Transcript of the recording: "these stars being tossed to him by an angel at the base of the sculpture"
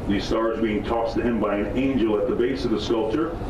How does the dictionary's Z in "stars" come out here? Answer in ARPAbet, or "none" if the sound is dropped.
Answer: Z